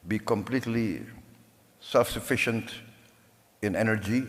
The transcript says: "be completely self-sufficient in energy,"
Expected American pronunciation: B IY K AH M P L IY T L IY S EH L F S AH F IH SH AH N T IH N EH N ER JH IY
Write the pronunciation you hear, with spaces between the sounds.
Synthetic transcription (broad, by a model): B IY K AH M P L IY T L IY S EH L F S AH F IH SH AH N T IH N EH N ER JH IY